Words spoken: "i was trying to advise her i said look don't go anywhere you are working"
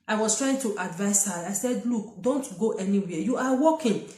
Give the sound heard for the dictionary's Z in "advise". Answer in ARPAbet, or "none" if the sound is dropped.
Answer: S